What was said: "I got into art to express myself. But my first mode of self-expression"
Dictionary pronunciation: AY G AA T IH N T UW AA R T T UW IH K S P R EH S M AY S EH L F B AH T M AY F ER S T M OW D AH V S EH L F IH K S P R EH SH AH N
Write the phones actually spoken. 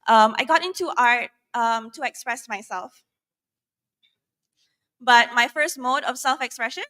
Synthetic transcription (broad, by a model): AY G AA T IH N T UW AA R T T UW IH K S P R EH S M AY S EH L F B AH T M AY F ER S T M OW D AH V S EH L F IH K S P R EH SH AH N